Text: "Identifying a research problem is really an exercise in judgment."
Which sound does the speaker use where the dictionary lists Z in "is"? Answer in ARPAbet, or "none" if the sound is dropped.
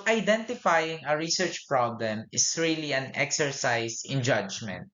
S